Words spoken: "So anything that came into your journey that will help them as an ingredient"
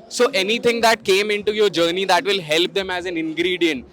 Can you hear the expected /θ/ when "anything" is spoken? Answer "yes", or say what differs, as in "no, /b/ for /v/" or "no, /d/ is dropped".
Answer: no, /t/ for /θ/